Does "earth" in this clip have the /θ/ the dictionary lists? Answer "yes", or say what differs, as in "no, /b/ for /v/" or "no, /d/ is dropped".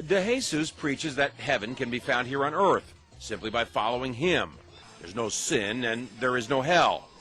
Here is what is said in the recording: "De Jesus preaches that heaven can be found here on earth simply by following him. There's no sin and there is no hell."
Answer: yes